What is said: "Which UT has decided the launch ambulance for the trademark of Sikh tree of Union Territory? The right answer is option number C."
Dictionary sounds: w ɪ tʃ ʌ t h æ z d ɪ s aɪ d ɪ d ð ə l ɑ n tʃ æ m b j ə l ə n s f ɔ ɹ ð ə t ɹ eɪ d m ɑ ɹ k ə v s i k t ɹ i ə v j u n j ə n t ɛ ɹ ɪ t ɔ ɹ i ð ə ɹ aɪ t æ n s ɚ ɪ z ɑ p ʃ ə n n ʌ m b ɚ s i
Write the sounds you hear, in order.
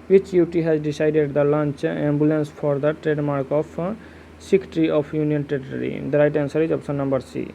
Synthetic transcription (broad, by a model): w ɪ tʃ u t h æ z d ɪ s aɪ d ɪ d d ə l ɑ n tʃ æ m b j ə l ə n s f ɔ ɹ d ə t ɹ eɪ d m ɑ ɹ k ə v s i k t ɹ i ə f j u n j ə n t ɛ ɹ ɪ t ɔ ɹ i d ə ɹ aɪ t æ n s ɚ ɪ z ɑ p s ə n n ʌ m b ɚ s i